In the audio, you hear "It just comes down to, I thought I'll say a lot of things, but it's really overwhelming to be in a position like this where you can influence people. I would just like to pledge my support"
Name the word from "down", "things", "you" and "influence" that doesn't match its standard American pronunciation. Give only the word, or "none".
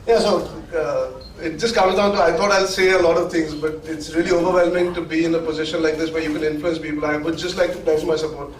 things